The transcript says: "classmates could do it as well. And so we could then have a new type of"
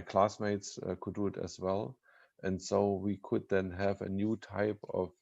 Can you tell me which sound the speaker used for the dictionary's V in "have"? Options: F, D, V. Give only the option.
V